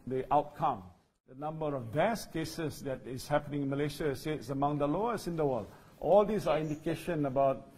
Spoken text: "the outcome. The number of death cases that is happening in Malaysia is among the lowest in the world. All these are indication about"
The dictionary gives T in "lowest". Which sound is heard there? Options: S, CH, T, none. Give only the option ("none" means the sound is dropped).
none